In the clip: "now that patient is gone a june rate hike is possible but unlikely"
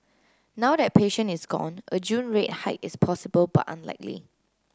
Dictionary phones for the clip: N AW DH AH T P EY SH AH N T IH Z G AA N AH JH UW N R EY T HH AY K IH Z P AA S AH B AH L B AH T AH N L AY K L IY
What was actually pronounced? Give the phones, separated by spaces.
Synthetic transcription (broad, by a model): N AW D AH T P EY SH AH N IH S G AA N AH JH UW N R EY T HH AY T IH S P AA S AH B AH L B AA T AH N L AY K L IY